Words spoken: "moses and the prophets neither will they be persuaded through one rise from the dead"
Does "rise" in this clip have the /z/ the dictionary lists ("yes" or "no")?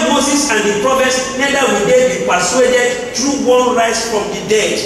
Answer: no